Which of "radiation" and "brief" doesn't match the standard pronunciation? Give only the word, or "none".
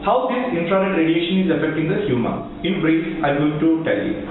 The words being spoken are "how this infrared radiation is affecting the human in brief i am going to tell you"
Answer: brief